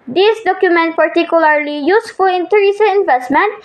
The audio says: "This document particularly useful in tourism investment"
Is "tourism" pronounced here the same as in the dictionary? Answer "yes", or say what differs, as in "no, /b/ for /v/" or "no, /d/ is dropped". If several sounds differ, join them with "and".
no, /s/ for /z/ and /m/ is dropped